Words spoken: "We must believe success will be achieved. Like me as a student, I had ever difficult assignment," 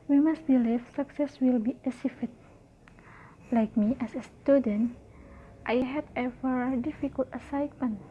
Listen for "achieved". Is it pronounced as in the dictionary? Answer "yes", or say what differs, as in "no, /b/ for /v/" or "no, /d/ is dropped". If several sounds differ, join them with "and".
no, /s/ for /tʃ/